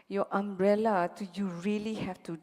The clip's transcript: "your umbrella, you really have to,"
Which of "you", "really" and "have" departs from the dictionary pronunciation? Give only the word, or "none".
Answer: have